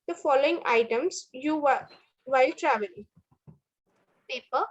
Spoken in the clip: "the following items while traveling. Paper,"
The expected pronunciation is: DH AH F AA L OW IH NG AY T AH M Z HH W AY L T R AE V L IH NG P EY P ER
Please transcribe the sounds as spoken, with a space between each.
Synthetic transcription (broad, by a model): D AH F AA L OW IH NG AY T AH M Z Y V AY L T R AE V IH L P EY P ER